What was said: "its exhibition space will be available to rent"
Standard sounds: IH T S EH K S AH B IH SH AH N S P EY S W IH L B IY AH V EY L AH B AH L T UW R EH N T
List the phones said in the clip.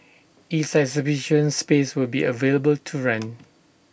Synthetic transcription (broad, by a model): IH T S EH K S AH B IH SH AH N S P EY S W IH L B IY AH V EY L AH B AH L T UW R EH N